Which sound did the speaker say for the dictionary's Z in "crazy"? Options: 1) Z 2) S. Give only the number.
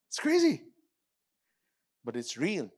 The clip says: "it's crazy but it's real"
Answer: 1